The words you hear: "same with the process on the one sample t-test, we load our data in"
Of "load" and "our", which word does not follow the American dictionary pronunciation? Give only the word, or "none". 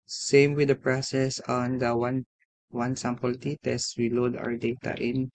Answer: none